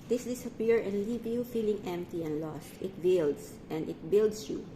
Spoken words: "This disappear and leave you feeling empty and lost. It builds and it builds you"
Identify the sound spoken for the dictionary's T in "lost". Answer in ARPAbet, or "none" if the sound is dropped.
T